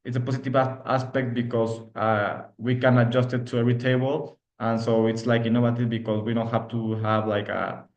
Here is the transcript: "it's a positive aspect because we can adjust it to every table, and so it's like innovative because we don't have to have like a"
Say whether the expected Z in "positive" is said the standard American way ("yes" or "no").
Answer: no